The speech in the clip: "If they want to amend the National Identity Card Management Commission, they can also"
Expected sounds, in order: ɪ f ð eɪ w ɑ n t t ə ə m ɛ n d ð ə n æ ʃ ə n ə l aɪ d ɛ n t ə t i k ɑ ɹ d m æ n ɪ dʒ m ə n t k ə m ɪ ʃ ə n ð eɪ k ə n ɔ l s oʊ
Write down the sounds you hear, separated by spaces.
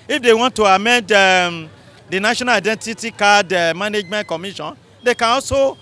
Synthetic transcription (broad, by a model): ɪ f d eɪ w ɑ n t t ə ə m ɛ n d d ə n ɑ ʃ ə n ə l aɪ d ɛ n t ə t i k ɑ d m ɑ n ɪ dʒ m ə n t k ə m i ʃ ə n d eɪ k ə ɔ s oʊ